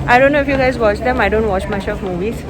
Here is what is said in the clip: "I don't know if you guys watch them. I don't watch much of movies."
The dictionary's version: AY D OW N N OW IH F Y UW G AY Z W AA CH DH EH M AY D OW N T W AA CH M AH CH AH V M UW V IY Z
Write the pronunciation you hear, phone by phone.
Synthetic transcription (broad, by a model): AY D OW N N OW IH F Y UW G AY Z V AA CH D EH M AY D OW N T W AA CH M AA SH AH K M UW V IY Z